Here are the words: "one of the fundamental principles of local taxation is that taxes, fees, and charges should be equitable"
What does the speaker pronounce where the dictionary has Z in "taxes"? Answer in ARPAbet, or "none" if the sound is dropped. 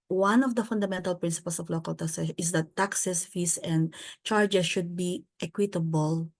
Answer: S